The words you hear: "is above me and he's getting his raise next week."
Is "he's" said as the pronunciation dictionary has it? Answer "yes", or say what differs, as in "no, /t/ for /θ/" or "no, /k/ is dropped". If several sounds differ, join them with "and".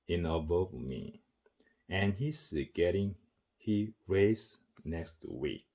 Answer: no, /s/ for /z/